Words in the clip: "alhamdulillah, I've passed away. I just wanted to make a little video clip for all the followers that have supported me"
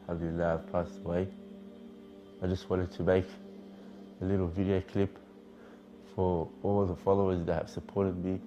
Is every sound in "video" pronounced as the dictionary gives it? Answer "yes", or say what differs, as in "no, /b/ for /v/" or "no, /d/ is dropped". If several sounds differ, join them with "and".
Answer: yes